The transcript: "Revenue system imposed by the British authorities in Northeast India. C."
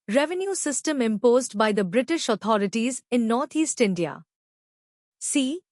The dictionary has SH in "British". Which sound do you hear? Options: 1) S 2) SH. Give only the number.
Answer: 2